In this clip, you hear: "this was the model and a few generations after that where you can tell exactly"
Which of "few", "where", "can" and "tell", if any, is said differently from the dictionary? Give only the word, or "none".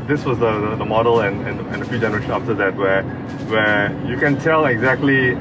where